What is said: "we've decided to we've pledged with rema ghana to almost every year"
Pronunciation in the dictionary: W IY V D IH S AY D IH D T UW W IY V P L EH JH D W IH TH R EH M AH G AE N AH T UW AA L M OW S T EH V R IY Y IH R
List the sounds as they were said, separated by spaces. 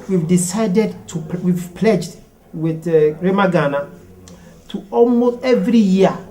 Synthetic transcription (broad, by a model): W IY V D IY S AY D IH D T UW W IY V P L EH JH D W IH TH R EH M AH G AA N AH T UW AA L M OW S T EH V R IY Y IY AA